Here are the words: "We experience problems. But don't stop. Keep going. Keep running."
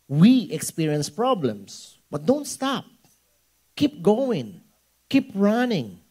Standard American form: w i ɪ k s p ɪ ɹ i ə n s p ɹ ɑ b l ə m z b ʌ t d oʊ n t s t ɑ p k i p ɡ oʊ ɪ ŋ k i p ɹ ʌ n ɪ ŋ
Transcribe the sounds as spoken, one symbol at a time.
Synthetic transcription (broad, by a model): w i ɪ k s p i ɹ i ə n s p ɹ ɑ b l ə m s b ʌ t d oʊ n t s t ɑ p k i p ɡ oʊ ɪ ŋ k i p ɹ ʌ n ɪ ŋ